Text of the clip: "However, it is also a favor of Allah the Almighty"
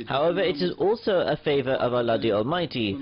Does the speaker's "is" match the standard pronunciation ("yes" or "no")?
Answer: yes